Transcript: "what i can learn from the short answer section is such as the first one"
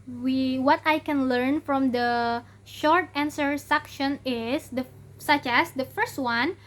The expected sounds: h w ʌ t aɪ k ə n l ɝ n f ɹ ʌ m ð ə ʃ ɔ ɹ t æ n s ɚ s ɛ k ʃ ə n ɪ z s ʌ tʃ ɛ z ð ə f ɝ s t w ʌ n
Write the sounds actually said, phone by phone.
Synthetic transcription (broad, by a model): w w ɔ t aɪ k ə n l ɝ n f ɹ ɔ m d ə ʃ ɔ ɹ t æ n s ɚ s ɛ k ʃ ə n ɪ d s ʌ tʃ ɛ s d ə f ɝ s t w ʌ n